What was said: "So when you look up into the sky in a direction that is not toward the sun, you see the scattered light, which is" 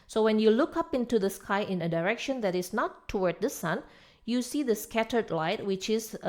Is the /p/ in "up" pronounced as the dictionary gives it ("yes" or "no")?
yes